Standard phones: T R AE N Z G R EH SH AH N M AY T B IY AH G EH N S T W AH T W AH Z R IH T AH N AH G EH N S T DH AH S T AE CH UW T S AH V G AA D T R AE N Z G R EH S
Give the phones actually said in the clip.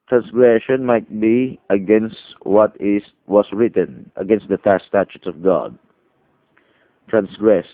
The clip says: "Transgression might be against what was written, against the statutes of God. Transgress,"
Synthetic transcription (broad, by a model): T R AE N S G R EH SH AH N M AY T B IY AH G EH N S T W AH T W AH S R IH T AH N AH G EH N S T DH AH S T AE CH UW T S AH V G AA D T R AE N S G R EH S